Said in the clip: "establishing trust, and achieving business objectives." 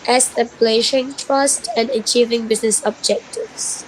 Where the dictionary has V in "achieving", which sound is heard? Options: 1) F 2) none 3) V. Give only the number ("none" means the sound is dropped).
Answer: 3